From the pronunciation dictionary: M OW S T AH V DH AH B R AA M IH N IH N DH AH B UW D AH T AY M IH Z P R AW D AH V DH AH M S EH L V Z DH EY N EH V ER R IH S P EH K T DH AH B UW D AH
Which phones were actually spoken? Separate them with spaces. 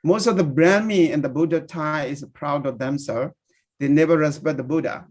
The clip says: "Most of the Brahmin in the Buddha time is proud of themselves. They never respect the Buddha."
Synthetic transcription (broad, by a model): M OW S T AH V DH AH B R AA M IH IH N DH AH B UW D AH T AY IH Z P R AW D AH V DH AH M S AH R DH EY N EH V ER R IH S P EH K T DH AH B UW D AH